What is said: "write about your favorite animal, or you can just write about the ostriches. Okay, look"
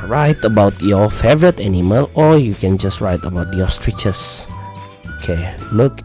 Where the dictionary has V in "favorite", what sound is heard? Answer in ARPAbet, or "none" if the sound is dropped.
V